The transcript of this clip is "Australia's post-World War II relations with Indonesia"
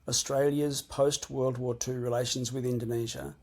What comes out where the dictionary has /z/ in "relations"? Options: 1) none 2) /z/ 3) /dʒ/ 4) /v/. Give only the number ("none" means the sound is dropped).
2